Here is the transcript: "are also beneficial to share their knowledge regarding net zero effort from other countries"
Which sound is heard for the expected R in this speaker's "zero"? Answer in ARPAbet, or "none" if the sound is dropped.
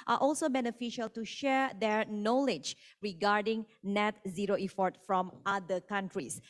R